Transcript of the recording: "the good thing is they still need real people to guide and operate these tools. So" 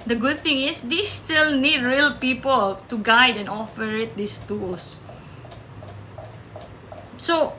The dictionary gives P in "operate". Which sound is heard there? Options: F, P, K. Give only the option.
F